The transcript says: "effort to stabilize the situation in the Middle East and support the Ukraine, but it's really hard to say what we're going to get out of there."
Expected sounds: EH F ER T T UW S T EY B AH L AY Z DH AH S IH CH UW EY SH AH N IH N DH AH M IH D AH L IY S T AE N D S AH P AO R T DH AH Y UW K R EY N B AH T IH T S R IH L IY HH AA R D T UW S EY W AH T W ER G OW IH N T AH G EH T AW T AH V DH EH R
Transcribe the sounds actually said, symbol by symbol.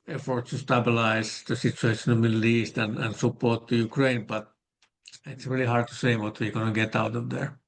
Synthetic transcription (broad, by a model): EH F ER T T UW S T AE B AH L AY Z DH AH S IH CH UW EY AH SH IH N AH M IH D L IY S T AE N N S AH P AO R T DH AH Y UW K R EY N B AH T IH T S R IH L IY HH AA R D T UW S EY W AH T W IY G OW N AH G EH T AW T AH V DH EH R